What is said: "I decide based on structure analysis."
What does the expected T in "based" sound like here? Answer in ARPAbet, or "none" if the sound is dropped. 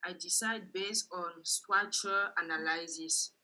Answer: T